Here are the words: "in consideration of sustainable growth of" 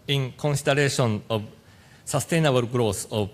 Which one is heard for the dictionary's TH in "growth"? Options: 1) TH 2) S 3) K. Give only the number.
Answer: 2